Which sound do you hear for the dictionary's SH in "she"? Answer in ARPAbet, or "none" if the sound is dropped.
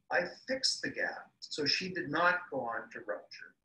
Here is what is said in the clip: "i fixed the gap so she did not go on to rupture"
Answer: SH